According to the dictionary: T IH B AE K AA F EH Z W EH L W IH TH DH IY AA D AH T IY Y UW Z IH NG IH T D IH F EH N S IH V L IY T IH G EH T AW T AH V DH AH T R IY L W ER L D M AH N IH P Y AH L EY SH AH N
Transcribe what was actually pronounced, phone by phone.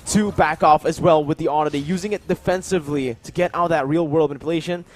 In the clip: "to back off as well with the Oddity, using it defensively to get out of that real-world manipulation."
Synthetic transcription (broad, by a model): T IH B AE K AA F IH Z W EH L W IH DH IY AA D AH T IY Y UW Z IH NG IH T D IH F EH N S IH V L IY T IH G EH T AW T DH AH T R IY L W ER L D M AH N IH P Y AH L EY SH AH N